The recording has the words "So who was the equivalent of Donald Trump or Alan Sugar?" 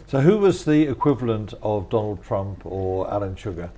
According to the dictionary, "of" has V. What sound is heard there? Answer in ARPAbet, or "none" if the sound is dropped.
V